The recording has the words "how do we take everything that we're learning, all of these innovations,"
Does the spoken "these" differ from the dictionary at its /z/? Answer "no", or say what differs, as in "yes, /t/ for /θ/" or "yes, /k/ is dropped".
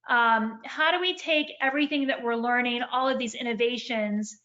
no